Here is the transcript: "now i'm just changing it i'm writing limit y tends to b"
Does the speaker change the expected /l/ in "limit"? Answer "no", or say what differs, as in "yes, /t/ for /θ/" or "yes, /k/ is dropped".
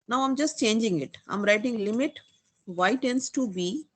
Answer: no